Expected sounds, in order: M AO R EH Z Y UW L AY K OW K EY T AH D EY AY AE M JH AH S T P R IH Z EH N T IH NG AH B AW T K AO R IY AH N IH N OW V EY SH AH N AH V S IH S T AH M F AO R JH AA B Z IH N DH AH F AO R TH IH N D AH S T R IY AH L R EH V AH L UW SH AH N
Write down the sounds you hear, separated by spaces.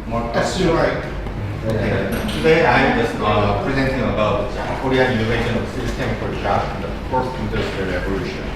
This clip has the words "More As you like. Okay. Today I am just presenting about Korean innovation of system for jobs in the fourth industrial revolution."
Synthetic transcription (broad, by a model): M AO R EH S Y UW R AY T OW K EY T AH D EY AY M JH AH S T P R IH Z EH N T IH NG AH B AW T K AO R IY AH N IH N OW V EY SH AH N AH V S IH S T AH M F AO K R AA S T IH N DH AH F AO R S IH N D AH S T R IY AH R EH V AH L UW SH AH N